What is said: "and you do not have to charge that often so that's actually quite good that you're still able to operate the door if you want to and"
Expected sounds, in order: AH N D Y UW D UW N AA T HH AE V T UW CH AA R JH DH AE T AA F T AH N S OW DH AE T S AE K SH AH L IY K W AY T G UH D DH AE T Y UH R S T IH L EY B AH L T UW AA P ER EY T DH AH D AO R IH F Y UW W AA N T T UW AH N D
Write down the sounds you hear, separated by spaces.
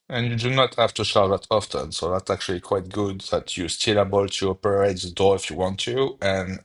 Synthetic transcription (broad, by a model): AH N Y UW D UW N AA T HH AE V T UW SH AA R DH AE T AA F T AH N S OW DH AE T S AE K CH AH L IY K W AY T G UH D DH AE T Y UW S T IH L EY B AH L T UW AA P ER EY T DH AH D AO IH F Y UW W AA N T T UW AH N